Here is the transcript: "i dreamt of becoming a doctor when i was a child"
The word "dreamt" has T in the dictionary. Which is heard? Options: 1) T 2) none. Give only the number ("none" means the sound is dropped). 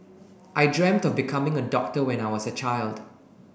1